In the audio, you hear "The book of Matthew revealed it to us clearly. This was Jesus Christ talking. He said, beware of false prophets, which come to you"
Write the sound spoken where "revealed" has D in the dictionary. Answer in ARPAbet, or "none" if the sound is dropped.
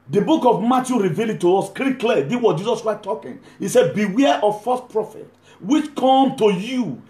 none